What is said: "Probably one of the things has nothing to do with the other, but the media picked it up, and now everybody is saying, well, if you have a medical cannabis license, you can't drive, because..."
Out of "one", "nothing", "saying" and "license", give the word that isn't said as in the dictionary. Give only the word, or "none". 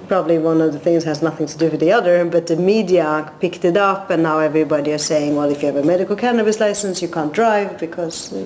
none